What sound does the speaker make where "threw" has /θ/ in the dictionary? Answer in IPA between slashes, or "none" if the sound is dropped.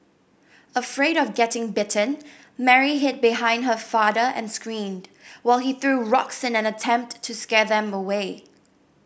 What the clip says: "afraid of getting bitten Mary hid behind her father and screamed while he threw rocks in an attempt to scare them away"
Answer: /θ/